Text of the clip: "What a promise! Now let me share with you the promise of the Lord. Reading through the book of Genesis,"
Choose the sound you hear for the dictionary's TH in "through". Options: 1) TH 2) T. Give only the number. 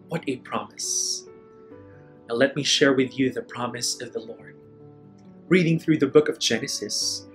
1